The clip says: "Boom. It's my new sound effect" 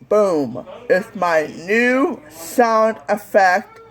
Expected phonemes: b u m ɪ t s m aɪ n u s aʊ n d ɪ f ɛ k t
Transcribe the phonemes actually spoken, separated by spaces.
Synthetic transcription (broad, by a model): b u m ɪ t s m aɪ n u s aʊ n d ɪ f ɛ k t